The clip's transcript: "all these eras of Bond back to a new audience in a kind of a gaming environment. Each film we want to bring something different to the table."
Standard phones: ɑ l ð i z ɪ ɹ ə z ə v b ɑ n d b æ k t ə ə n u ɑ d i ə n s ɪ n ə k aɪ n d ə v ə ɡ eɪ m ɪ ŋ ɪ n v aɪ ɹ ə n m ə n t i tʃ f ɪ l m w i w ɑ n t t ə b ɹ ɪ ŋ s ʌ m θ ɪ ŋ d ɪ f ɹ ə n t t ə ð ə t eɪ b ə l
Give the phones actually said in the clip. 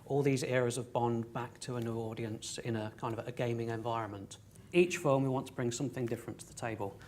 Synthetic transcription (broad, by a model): ɑ l ð i z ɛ ɹ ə z ə v b ɑ n b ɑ k t ə ə n u ɑ d i ə n s ɪ n ə k aɪ n d ə v ə ɡ eɪ m ɪ ŋ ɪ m v aɪ ɹ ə n m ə n t i tʃ f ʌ m w i w ɑ n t t ə b ɹ ɪ ŋ s ʌ m θ ɪ ŋ d ɪ f ɹ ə n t t ə ð ə t eɪ b ə l